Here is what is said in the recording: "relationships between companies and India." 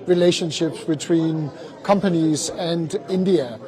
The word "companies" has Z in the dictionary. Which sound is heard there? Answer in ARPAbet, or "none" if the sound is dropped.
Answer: Z